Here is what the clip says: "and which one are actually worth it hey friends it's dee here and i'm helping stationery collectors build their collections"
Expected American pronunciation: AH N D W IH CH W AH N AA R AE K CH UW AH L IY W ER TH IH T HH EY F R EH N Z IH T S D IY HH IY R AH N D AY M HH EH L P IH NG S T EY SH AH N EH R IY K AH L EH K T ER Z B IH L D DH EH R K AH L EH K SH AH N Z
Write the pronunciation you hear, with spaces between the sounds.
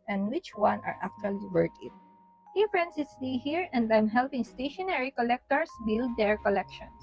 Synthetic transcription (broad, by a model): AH N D W IH CH W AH N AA R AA K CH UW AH L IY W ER T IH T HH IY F R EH N S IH S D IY HH IY R AH N D AY M HH EH L P IH NG S T EY SH AH N EH R IY K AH L EH K T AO S B IH L D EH R K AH L EH K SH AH N